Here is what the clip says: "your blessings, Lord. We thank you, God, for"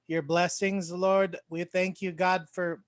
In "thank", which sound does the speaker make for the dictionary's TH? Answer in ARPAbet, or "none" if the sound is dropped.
TH